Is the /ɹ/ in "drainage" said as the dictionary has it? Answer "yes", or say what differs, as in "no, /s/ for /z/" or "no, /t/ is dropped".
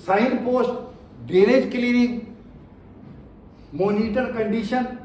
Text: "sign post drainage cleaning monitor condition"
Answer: no, /ɹ/ is dropped